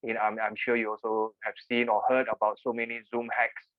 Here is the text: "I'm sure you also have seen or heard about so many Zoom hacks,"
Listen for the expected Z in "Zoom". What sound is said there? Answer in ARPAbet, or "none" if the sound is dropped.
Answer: Z